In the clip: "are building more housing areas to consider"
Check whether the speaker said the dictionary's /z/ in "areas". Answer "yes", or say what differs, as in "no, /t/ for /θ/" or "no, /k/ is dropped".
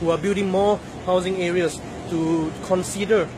no, /s/ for /z/